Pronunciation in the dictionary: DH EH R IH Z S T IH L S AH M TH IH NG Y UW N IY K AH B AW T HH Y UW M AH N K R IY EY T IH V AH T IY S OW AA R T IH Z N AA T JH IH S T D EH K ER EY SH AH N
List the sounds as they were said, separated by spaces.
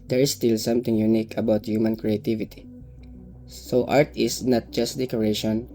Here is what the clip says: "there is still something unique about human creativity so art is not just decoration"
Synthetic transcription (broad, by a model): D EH R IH S T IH L S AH M T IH NG Y UW N IY K AH B AW T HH Y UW M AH N K R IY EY T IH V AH T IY S OW AA R T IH S N AA T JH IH S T D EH K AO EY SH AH N